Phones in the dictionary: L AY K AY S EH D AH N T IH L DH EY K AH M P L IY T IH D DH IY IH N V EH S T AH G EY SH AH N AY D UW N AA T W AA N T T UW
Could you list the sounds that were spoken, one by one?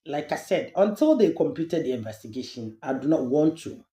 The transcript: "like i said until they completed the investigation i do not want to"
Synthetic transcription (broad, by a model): L AY K AY S EH D AH N T IH L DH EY K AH M P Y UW T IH D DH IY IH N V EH S T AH G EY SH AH N AY D UW N AA T W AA N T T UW